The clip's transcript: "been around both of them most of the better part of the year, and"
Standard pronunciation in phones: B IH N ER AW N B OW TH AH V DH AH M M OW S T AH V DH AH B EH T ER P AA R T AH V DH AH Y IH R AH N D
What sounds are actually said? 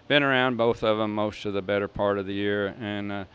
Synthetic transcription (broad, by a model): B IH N ER AW N B OW TH AH V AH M M OW S T AH V DH AH B EH T ER P AA R T AH V DH AH Y IH R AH N